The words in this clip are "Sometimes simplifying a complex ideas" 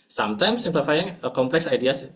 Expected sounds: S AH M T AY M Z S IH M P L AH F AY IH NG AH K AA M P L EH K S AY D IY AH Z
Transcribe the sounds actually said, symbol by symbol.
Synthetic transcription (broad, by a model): S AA M T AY M S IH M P AH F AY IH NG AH K AA M P L EH K S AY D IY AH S